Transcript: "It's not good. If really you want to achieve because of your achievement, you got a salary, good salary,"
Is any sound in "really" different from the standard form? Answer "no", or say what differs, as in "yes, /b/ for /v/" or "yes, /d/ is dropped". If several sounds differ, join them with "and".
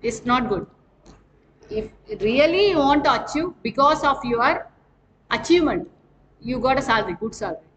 yes, /l/ is dropped